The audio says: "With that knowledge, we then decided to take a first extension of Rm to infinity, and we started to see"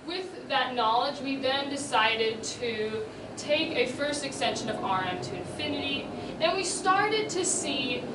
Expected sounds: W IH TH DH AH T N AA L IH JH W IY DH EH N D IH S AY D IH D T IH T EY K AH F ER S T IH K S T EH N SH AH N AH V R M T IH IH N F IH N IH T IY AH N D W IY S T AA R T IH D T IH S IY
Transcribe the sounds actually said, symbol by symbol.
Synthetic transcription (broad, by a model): W IH DH AH T N AA L IH JH W IY DH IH N D IH S AY D IH D T IH T EY K AH F ER S T IH K S T EH N SH AH N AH V R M T IH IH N F IH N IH T IY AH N W IY S T AA R T IH D T IH S IY